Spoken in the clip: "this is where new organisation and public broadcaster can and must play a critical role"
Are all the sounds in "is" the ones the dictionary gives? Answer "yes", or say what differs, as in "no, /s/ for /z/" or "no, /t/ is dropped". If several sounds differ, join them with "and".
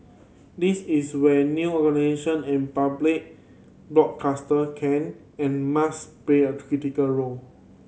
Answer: no, /s/ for /z/